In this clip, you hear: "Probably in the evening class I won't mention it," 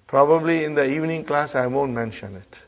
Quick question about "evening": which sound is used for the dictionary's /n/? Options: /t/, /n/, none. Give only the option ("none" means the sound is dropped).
/n/